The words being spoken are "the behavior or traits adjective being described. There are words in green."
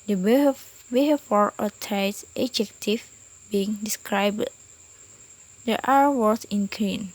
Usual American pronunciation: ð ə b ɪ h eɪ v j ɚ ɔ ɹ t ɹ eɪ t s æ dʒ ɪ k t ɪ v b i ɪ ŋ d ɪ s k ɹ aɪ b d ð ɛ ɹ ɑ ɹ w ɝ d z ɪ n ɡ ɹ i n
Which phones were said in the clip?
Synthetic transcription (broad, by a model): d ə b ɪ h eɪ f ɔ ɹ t eɪ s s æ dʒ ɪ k t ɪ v b i ɪ ŋ d ɪ s k ɹ aɪ b d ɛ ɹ ɑ ɹ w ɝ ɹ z ɪ n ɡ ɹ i n